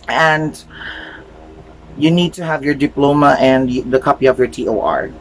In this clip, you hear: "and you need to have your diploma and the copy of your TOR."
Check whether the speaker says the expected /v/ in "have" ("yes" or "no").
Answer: yes